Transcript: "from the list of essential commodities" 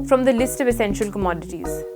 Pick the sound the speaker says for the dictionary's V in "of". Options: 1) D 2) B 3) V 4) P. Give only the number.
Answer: 3